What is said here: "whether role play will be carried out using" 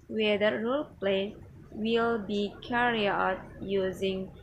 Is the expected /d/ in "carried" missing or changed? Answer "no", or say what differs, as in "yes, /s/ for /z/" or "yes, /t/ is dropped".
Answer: yes, /d/ is dropped